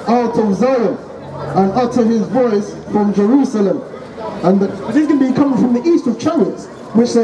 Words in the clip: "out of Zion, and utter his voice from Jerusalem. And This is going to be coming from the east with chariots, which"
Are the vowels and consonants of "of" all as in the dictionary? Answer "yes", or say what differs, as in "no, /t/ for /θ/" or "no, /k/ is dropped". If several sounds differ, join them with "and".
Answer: yes